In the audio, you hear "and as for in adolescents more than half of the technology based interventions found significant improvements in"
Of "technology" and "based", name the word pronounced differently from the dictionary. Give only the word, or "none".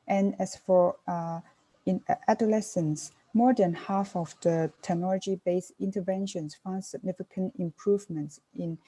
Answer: based